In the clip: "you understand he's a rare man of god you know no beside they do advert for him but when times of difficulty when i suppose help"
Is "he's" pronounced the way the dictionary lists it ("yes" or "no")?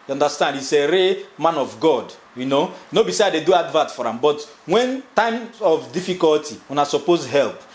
no